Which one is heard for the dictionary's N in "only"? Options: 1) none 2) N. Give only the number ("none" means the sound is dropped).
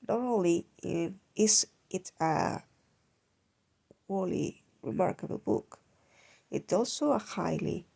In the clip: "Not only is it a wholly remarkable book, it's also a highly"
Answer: 1